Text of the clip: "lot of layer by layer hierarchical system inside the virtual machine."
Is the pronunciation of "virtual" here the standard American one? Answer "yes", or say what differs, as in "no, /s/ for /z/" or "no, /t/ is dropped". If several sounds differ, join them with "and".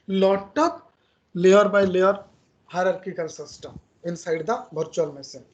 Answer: no, /b/ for /v/